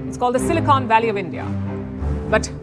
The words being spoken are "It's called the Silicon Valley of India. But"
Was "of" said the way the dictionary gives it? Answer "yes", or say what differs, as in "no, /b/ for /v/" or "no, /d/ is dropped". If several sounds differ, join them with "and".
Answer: yes